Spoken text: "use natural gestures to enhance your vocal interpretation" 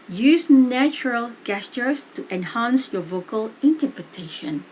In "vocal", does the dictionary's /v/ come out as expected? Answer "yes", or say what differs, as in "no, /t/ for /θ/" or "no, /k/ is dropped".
yes